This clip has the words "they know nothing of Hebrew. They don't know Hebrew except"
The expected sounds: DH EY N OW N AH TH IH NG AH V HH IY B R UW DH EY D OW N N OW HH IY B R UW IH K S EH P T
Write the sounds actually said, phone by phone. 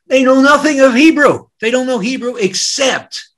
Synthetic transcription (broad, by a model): DH EY N OW N AH TH IH NG AH V HH IY B R UW DH EY D OW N N OW HH IY B R UW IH K S EH P T